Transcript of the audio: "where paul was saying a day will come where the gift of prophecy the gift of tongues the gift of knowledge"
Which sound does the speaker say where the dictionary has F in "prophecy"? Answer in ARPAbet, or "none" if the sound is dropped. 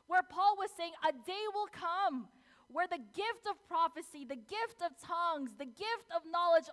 F